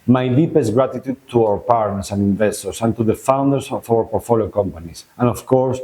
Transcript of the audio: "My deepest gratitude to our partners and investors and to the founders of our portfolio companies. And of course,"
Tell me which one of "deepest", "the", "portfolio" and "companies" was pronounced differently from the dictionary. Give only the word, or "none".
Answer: companies